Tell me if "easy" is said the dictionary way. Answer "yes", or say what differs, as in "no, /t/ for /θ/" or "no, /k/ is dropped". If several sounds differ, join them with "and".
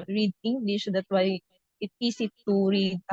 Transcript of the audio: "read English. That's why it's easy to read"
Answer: no, /s/ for /z/